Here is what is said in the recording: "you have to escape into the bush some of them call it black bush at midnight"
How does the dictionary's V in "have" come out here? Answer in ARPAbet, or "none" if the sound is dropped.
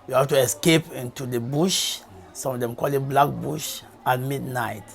F